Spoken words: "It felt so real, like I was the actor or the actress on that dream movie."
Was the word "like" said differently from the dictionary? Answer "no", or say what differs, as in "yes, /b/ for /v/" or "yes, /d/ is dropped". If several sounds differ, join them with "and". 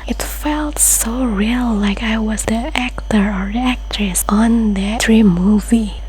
no